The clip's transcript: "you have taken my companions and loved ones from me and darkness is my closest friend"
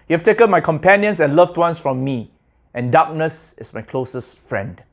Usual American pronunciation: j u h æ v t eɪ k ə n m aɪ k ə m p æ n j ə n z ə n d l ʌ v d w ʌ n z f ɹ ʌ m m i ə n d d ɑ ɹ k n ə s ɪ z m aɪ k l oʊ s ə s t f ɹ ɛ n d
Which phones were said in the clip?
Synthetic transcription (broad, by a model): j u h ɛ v t eɪ k ə n m aɪ k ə m p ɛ n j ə n s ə n l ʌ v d w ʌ n s f ɹ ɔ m m i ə n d d ɑ k n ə s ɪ s m aɪ k l oʊ s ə s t f ɹ ɛ n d